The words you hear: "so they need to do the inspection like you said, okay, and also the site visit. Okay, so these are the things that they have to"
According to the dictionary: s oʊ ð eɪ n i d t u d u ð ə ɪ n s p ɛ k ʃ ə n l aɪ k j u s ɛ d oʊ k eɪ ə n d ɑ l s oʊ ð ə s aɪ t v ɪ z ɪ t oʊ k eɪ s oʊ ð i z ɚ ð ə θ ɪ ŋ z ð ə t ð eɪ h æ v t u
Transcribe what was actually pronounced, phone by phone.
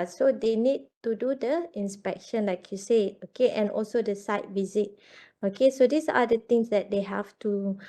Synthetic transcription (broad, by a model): s oʊ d eɪ n i d t u d u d ə ɪ n s p ɛ k ʃ ə n l aɪ k j u s ɛ oʊ k eɪ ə n ɑ l s oʊ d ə s aɪ t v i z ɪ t oʊ k eɪ s oʊ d i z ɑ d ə t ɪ ŋ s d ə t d eɪ h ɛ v t u